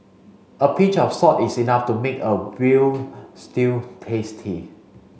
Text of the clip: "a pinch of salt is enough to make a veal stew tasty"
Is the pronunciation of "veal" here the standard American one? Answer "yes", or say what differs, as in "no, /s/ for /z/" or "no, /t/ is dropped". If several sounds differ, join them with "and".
no, /w/ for /v/